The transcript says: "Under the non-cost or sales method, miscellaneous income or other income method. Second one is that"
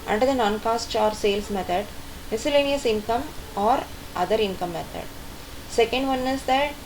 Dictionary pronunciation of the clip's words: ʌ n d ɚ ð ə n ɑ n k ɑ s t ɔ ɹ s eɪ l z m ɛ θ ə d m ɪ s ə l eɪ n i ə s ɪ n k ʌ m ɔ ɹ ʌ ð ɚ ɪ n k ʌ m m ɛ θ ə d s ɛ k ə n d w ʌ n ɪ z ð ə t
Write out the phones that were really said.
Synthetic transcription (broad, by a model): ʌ n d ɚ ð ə n ɑ n k ɑ s t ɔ ɹ s eɪ l s m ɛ t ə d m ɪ s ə l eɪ n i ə s ɪ n k ʌ m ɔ ɹ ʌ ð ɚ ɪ n k ʌ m m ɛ t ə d s ɛ k ə n d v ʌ n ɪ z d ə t